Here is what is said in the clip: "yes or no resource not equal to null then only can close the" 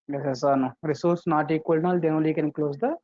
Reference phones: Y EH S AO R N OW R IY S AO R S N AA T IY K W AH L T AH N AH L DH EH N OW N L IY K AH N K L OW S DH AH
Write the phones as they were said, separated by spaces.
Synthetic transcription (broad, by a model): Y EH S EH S N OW R IY S AO R S N AA T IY K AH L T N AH L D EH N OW L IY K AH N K L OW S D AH